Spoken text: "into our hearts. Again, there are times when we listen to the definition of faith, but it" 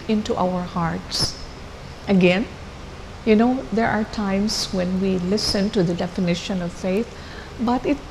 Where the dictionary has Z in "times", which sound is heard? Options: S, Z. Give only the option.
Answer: S